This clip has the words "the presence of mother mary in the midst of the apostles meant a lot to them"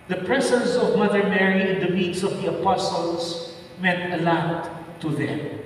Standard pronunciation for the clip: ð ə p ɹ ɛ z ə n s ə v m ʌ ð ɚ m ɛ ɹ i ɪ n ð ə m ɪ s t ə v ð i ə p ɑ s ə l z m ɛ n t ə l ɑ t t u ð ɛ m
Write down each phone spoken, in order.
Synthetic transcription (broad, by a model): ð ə p ɹ ɛ s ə n s ə v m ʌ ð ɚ m ɛ ɹ i ɪ n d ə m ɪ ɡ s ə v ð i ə p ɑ s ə l s m ɛ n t ə l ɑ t t u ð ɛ m